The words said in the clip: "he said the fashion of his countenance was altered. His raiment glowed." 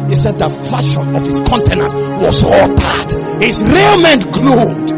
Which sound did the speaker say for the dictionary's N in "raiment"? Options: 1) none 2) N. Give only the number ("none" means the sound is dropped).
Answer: 2